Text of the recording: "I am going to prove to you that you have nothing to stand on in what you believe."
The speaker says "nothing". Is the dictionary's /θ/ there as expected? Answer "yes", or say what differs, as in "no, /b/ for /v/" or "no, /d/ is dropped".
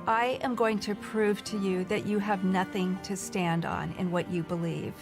yes